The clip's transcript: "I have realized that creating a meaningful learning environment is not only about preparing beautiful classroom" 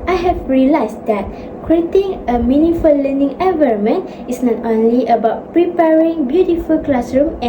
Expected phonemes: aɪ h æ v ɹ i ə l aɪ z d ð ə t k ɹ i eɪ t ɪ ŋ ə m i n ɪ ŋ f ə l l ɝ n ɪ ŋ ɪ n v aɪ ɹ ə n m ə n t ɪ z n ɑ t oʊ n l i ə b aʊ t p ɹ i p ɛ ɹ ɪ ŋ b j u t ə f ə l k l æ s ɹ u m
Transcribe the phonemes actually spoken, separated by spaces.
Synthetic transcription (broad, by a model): aɪ h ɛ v ɹ i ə l aɪ s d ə t k ɹ i eɪ t ɪ ŋ ə m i n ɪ f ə l l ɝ n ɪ ŋ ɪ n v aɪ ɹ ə m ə n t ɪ s n ɑ t oʊ n l i ə b aʊ t p ɹ i p ɛ ɹ ɪ ŋ b j u t ə f ə l k l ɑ s ɹ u m